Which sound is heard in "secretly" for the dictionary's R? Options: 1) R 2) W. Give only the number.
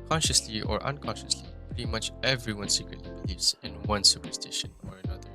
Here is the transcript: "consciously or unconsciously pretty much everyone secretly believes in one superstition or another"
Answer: 1